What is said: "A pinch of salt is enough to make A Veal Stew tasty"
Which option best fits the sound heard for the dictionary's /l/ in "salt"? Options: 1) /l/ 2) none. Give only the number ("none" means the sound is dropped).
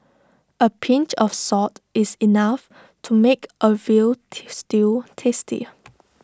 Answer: 2